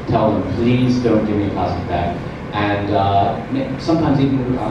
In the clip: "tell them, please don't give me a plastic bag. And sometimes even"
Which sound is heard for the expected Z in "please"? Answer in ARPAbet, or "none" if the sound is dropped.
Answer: Z